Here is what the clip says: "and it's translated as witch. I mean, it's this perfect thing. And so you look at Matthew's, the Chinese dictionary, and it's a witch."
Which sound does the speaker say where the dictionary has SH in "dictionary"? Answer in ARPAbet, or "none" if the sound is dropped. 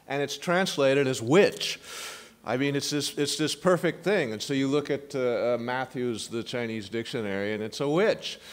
SH